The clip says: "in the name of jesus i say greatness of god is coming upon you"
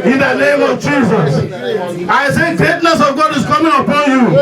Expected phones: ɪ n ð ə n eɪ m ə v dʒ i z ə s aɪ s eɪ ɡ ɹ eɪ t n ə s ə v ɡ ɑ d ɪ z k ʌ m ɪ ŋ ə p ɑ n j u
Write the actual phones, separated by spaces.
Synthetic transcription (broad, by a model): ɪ n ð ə n eɪ m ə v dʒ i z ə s aɪ s eɪ ɡ ɹ eɪ t n ə s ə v ɡ ɑ d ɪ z k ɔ m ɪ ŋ ə p ɑ n j u